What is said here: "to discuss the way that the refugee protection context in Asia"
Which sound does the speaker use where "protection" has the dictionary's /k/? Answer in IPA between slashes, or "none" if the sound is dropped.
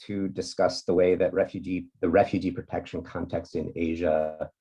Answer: /k/